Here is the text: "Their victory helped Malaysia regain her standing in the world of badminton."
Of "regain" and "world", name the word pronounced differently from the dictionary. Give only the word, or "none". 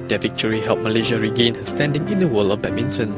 world